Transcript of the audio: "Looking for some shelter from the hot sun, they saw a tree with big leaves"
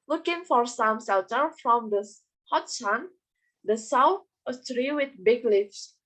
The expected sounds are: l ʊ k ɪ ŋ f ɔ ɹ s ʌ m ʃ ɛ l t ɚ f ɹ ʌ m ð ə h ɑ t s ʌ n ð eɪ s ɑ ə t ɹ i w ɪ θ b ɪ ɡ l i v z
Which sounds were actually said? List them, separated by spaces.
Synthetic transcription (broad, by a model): l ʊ k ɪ ŋ f ɔ ɹ s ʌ m s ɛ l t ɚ f ɹ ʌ m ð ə h ɑ t s ʌ n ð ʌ s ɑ ə t ɹ i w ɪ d b ɪ ɡ l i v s